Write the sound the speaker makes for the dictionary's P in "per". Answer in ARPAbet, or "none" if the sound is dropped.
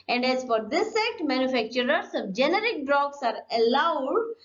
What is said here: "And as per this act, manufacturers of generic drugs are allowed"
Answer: F